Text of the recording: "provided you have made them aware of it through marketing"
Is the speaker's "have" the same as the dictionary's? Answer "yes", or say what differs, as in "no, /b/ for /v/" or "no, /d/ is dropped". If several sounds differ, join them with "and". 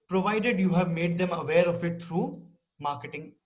yes